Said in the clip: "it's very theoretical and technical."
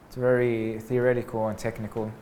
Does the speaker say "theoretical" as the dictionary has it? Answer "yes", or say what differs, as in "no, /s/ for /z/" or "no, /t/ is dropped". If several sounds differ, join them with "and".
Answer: yes